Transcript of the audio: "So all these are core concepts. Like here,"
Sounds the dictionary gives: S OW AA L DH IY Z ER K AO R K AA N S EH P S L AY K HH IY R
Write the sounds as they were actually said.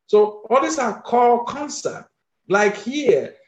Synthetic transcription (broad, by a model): S OW AA L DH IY S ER K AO L K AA N S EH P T L AY K HH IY